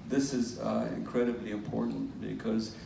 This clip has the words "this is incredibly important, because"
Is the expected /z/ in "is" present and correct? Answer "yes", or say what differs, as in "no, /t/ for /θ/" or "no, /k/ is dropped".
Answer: yes